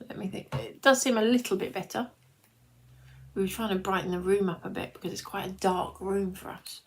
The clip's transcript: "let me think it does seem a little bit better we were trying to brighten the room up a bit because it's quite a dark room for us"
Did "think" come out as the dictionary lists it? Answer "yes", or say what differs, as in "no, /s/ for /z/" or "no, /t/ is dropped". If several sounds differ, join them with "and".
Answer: yes